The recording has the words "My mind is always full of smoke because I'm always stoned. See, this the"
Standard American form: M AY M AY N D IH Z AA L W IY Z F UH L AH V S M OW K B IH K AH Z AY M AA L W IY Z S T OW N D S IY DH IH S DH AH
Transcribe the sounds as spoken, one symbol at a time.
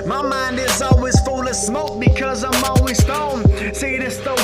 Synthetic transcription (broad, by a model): M AY M AY N D IH Z AA L W IY Z F UH L AH V S M OW K B IH K AH Z AY M AA L W IY Z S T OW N S IY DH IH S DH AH